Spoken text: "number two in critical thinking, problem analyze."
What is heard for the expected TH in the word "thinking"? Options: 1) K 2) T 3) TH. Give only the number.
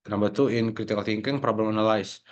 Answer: 2